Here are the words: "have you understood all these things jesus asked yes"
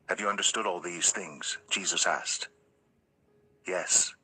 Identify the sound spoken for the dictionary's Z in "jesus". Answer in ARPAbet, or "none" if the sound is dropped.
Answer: Z